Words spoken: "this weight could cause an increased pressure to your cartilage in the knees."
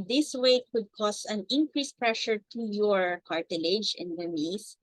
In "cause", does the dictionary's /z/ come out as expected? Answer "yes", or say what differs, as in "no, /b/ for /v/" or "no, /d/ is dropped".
no, /s/ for /z/